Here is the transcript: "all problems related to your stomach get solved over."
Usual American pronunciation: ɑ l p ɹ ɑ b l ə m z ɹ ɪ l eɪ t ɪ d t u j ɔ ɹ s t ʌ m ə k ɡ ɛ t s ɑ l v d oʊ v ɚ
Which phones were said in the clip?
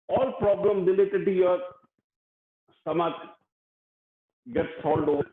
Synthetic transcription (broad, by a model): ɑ l p ɹ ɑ b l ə m ɹ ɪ l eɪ t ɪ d t u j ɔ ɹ s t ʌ m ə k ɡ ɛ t s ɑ l d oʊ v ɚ